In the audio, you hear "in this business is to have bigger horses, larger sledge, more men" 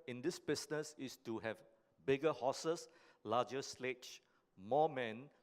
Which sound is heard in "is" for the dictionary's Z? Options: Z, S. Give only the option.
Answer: S